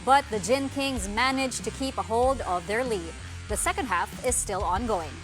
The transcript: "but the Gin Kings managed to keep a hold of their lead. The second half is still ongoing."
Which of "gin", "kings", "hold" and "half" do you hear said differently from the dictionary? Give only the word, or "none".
none